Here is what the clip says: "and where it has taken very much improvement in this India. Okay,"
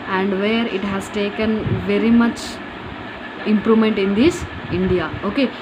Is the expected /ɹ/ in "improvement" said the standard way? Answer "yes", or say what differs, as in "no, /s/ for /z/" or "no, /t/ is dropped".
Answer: yes